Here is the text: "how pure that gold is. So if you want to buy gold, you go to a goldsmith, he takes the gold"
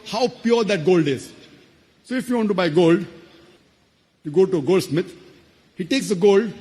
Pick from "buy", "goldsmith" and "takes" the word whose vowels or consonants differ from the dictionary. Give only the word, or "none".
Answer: goldsmith